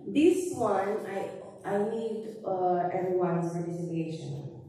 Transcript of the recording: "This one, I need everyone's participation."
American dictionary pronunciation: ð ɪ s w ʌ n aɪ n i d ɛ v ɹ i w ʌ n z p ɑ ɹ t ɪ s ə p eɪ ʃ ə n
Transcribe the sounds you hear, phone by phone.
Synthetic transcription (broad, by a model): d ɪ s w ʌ n aɪ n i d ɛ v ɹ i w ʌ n s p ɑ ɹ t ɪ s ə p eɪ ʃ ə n